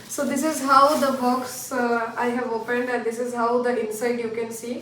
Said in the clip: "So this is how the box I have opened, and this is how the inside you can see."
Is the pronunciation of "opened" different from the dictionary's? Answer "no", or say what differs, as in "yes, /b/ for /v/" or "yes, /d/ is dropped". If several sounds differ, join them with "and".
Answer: no